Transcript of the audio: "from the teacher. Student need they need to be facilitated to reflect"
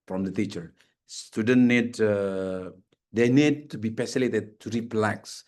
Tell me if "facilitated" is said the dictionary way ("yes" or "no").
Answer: no